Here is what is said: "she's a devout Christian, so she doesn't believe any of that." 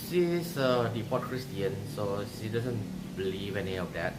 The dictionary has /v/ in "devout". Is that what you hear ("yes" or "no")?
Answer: no